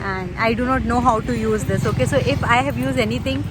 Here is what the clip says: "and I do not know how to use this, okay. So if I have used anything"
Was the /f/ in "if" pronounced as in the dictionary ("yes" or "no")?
yes